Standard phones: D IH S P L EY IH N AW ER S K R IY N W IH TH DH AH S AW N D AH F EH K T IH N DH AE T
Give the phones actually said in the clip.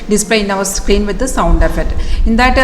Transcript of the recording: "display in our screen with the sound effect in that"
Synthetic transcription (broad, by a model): D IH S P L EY IH N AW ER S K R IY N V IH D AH S AW N D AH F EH T IH N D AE T